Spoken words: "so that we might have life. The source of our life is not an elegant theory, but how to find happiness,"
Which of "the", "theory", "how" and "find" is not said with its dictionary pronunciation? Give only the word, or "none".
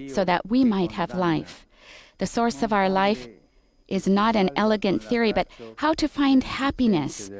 none